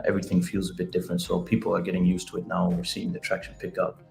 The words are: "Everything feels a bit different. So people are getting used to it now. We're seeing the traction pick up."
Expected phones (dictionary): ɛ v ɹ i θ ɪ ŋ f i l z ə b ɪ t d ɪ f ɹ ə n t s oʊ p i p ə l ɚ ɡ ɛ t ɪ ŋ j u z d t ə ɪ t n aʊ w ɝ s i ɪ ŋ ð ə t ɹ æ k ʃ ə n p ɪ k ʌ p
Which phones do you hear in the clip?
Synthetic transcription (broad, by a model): ɛ v ɹ i θ ɪ ŋ f i l z ə b ɪ t d ɪ f ɹ ə n t s oʊ p i p l ɚ ɡ ɛ t ɪ ŋ j u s t ə ɪ t n aʊ w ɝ s i ɪ ŋ ð ə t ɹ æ k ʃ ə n p ɪ k ʌ p